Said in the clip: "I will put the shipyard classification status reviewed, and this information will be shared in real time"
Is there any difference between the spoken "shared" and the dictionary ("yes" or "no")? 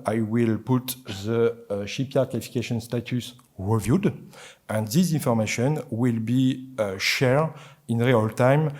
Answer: yes